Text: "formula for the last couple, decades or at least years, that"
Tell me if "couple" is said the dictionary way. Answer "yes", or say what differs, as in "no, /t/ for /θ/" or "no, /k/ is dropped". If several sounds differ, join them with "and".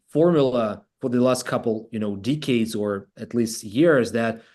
no, /n/ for /l/